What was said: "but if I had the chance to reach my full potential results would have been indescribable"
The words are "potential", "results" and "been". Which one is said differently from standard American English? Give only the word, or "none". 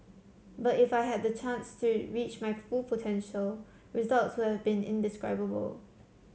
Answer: none